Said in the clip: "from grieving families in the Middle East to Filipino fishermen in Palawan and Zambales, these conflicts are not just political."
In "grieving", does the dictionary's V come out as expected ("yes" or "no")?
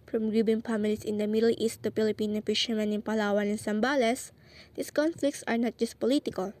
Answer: no